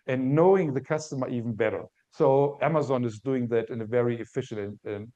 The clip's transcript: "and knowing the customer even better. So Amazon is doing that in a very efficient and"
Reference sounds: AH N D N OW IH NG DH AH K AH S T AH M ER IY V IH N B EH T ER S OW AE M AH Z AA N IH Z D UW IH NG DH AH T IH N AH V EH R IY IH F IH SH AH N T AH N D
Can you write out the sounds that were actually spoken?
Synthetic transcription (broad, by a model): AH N N OW IH NG DH AH K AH S T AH M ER IY V N B EH T ER S OW AE M AH Z AA N IH Z D UW IH NG DH AH T IH N AH V EH R IY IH F IH SH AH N AH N